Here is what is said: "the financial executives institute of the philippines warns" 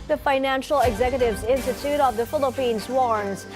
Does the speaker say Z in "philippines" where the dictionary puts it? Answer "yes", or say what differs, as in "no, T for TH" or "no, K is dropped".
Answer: yes